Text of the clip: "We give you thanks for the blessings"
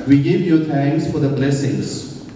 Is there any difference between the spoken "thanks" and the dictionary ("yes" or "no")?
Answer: yes